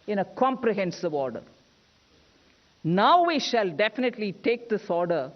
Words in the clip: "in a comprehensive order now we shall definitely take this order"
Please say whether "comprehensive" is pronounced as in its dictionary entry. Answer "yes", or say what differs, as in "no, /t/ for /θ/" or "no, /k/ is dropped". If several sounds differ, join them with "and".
yes